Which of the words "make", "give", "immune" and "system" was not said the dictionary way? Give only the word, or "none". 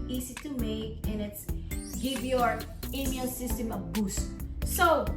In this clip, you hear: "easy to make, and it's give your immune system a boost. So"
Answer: immune